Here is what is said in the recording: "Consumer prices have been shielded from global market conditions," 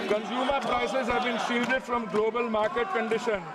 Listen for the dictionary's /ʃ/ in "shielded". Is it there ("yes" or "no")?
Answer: no